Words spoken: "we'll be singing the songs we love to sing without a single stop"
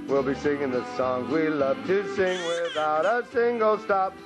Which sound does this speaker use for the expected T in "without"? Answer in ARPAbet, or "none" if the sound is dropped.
T